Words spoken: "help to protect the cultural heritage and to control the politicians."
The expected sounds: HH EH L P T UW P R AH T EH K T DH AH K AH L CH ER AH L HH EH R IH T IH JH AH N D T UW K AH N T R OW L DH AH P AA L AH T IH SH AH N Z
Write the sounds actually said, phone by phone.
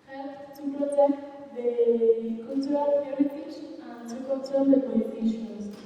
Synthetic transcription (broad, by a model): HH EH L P T UW P R AH T EH K T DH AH K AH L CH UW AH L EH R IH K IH SH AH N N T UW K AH L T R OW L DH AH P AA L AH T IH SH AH N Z